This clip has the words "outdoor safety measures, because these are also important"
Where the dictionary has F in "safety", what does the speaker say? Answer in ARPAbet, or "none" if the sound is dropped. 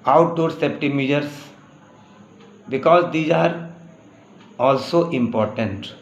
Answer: P